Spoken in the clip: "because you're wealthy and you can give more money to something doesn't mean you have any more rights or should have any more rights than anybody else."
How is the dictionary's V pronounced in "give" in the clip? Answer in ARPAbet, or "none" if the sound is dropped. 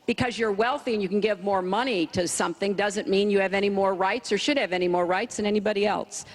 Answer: V